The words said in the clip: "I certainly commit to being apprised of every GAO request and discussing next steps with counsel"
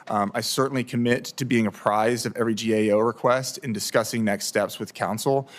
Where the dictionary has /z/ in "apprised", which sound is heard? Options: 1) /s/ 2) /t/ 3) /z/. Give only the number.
3